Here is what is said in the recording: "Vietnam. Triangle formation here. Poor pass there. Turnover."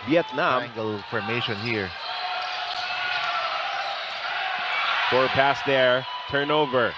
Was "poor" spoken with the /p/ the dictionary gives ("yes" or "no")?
no